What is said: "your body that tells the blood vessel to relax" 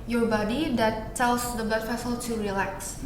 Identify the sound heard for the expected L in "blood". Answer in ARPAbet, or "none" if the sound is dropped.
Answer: none